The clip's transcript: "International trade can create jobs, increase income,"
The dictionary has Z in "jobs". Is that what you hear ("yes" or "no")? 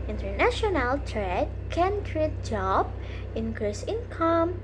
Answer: no